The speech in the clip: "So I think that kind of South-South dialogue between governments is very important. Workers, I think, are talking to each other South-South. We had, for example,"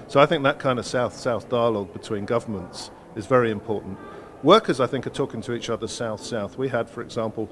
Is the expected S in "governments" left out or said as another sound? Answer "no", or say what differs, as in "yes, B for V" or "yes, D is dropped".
no